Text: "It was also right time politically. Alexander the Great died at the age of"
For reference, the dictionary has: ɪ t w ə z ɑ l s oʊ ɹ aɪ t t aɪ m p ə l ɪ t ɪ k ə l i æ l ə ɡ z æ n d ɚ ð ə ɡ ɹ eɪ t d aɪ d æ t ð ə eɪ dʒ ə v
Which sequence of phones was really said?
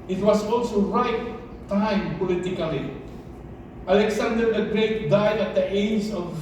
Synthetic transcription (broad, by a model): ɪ t w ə s ɑ l s oʊ ɹ aɪ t t aɪ m p ə l ɪ t ɪ k ə l i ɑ l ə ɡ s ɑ n d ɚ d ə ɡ ɹ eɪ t d aɪ d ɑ t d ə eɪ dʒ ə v